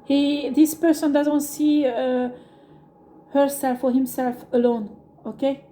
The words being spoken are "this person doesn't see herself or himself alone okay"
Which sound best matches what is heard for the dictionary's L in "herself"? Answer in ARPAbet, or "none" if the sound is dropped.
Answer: L